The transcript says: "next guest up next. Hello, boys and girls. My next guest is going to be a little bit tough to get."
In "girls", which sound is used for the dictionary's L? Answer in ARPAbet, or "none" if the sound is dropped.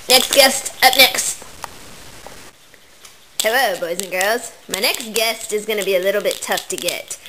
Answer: L